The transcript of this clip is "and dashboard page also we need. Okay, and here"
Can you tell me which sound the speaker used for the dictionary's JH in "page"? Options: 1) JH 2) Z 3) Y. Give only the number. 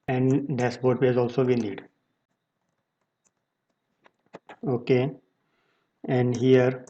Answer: 2